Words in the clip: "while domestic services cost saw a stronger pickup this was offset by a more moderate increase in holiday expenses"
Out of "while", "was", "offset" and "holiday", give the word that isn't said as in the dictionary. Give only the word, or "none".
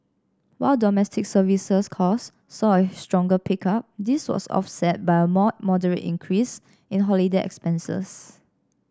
was